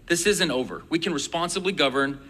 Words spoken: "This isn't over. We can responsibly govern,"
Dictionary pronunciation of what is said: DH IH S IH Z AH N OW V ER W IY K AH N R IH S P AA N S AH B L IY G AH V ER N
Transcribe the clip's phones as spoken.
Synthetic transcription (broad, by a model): DH IH S IH Z AH N OW V ER W IY K AH N R IH S P AA N S AH B L IY G AH V ER N